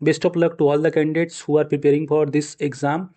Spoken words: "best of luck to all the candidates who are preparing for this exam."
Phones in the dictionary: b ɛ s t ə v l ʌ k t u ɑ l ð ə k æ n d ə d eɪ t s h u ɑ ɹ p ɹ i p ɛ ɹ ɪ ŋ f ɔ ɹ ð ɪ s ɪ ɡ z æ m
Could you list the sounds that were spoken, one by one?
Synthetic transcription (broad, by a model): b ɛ s t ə p l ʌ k t u ɑ l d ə k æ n d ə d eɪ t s h u ɑ ɹ p ɹ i p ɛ ɹ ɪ ŋ f ɔ ɹ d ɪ s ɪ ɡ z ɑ m